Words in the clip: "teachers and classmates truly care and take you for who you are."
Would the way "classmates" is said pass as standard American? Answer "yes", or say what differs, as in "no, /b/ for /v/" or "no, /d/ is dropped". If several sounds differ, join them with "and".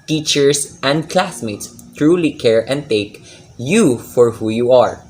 yes